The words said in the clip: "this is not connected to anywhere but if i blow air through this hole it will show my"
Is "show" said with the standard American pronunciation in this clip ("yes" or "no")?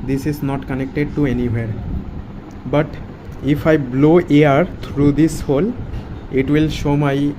yes